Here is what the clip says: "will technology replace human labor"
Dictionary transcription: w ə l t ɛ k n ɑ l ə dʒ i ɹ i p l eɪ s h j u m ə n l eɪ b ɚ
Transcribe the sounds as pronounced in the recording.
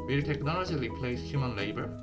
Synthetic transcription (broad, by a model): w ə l t ɛ k n ɑ l ə dʒ i l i p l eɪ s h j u m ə n l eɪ b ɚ